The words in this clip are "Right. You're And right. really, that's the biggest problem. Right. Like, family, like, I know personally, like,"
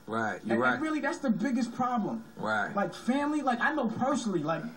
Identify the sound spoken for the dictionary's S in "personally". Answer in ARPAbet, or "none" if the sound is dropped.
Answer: none